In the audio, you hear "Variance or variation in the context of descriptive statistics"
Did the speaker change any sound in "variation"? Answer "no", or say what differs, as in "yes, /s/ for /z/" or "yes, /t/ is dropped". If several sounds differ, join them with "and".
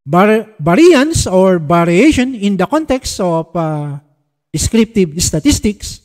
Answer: yes, /b/ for /v/